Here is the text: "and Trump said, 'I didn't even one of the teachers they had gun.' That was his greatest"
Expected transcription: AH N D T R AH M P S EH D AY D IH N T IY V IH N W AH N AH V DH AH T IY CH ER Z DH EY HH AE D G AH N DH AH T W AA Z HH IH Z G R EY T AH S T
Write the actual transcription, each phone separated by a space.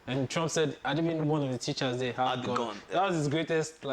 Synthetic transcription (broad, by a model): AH N T R AH M P S EH D AY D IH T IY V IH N W AH N AH V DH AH T IY CH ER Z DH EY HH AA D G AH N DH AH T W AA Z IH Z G R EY T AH S T